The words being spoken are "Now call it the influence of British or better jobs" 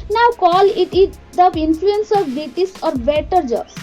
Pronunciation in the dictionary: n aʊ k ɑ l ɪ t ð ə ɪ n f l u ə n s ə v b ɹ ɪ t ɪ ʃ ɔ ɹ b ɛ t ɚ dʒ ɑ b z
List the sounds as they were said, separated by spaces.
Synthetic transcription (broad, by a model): n aʊ k ɑ l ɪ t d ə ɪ n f l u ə n s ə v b ɪ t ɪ s ɔ ɹ b ɛ t ɚ dʒ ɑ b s